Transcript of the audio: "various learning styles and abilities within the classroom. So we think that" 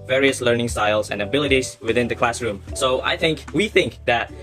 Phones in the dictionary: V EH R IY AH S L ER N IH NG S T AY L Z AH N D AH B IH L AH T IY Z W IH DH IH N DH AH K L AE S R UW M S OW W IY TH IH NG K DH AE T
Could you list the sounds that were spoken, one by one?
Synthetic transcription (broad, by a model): V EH R IY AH S L ER N IH NG S T AY L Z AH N AH B IH L AH T IY Z W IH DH IH N DH AH K L AE S R UW M S OW W IY TH IH NG K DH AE T